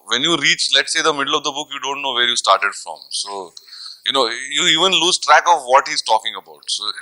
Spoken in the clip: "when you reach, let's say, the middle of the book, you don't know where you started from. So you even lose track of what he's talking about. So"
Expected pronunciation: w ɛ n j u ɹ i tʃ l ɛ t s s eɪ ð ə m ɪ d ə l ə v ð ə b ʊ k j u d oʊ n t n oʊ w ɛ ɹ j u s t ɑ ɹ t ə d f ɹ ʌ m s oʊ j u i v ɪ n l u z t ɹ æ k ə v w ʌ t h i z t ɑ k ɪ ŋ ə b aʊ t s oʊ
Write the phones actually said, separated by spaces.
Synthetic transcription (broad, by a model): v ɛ n j u ɹ i tʃ l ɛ t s s eɪ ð ə m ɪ d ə l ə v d ə b ʊ k j u d oʊ n t n oʊ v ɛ ɹ j u s t ɑ ɹ t ə d f ɹ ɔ m s oʊ j u i v ɪ n l u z t ɹ æ k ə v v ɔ t h i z t ɑ k ɪ ŋ ə b aʊ t s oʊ